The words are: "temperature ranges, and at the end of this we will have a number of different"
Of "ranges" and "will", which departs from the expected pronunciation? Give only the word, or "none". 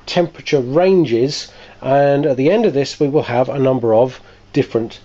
none